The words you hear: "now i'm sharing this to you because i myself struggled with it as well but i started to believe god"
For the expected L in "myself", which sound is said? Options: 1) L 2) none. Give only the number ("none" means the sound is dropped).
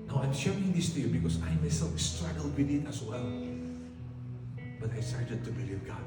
1